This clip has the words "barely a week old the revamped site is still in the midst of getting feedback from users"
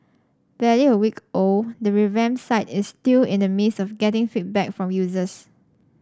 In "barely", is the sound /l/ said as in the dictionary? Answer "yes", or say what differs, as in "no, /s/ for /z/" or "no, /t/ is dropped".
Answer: no, /l/ is dropped